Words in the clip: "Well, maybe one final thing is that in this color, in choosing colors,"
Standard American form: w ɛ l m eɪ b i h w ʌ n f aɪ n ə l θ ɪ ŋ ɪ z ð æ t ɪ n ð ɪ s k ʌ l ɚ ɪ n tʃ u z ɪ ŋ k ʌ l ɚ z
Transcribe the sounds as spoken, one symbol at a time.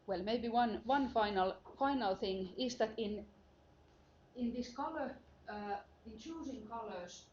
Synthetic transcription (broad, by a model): w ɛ l m eɪ b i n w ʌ n f aɪ n ə l θ ɪ ŋ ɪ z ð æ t ɪ n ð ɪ s k ʌ l ɚ ɪ n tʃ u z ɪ ŋ k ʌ l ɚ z